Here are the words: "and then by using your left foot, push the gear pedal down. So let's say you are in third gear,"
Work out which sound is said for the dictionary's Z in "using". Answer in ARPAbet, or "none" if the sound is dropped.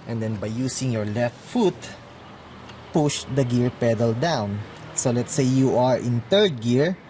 S